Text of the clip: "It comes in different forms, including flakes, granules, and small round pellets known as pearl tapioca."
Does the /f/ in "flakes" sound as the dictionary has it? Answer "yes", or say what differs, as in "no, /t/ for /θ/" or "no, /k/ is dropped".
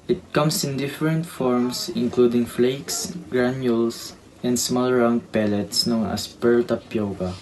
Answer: yes